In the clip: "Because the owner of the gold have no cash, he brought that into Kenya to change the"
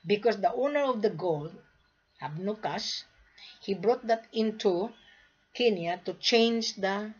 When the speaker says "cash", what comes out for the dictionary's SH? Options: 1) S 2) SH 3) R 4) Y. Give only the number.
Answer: 1